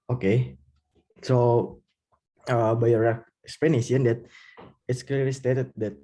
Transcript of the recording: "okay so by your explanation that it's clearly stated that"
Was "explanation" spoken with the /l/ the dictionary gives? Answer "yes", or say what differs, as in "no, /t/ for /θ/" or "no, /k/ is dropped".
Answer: no, /l/ is dropped